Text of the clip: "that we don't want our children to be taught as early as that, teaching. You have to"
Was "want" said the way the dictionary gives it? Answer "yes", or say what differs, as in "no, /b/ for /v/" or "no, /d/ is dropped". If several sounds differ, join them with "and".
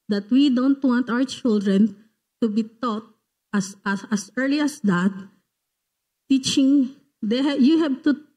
yes